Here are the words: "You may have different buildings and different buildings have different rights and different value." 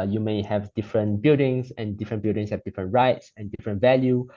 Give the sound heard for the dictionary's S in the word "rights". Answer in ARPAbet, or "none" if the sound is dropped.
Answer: S